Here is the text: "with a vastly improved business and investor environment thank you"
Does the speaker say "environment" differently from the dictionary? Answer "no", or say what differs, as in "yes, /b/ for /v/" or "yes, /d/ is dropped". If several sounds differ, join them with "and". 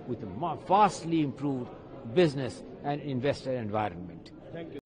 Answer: no